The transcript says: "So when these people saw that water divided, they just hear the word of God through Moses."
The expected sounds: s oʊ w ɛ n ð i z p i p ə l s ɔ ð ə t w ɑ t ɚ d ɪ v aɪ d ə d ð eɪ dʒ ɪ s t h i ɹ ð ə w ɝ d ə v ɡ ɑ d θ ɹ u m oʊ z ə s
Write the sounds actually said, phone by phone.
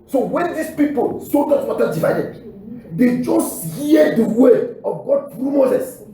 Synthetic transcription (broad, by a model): s oʊ w ɛ n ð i s p i p ə l s ɔ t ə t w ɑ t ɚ d ɪ v aɪ d ə d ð eɪ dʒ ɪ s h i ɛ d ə w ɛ ə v ɡ ɑ d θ ɹ u m oʊ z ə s